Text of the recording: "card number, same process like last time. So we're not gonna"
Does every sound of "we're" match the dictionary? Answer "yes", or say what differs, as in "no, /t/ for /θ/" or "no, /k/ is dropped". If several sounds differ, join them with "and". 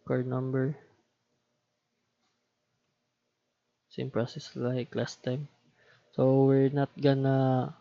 yes